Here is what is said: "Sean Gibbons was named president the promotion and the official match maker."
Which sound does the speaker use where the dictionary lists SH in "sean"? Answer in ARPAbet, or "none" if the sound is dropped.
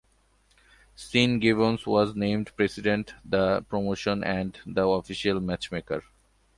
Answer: S